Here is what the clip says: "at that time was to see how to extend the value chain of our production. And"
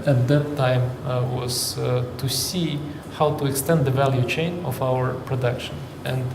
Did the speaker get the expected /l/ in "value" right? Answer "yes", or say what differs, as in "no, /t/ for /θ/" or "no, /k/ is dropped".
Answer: yes